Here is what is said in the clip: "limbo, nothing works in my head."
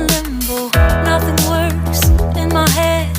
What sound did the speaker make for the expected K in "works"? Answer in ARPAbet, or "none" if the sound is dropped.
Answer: none